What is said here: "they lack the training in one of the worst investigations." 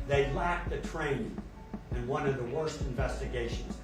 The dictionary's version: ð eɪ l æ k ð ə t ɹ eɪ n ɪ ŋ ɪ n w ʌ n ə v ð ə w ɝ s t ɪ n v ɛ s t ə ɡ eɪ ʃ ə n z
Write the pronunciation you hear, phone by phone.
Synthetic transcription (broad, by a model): ð eɪ l æ k ð ə t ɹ eɪ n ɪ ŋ ɪ n w ʌ n ə v ð ə w ɝ s t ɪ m v ɛ s t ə ɡ eɪ ʃ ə n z